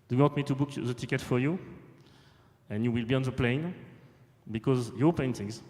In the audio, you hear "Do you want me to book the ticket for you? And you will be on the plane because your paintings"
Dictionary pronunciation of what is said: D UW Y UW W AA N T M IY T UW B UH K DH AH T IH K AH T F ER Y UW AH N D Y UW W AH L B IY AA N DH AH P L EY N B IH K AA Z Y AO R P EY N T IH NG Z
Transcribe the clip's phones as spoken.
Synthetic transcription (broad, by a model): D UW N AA T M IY T UW B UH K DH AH T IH K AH T F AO Y UW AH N Y UW W AH L B IY AA N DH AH P L EY N B IH K AA Z Y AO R P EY N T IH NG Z